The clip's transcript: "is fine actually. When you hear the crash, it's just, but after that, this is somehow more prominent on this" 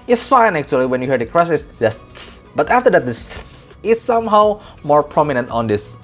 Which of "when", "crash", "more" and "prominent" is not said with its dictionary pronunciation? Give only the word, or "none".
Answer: crash